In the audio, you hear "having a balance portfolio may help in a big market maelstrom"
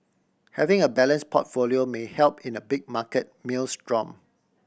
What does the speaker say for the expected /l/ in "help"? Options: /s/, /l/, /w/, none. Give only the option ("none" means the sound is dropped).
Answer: /l/